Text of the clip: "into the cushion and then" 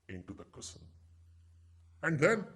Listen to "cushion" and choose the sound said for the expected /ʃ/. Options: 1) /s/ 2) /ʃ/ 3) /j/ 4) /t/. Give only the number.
1